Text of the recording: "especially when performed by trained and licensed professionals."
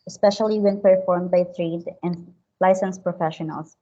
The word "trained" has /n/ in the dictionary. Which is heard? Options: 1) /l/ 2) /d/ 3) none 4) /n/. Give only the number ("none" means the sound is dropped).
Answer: 3